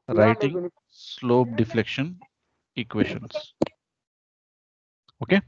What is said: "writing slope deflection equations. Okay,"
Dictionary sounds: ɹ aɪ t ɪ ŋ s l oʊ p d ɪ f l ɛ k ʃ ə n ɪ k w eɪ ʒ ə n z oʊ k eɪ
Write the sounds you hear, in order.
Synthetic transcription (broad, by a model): ɹ aɪ t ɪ ŋ s l oʊ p d ɪ f l ɛ k ʃ ə n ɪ k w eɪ ʃ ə n s oʊ k eɪ